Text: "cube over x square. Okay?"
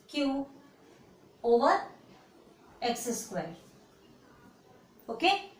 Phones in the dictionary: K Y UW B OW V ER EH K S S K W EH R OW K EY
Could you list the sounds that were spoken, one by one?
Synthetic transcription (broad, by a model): K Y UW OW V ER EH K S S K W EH L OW K EY